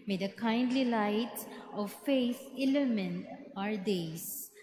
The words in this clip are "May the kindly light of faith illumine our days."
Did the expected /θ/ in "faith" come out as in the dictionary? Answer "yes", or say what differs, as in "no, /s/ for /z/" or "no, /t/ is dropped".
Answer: no, /s/ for /θ/